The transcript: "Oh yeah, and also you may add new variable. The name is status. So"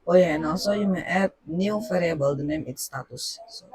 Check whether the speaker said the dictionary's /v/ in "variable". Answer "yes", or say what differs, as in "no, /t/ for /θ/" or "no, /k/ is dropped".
no, /f/ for /v/